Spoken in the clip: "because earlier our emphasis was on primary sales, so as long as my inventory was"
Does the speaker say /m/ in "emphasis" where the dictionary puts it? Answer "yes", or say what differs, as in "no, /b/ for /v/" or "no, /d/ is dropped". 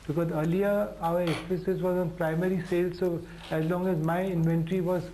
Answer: no, /m/ is dropped